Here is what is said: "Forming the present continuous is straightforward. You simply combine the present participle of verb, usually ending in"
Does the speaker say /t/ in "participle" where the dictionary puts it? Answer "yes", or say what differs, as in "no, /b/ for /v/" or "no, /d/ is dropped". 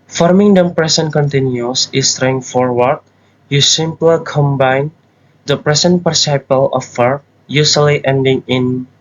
no, /s/ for /t/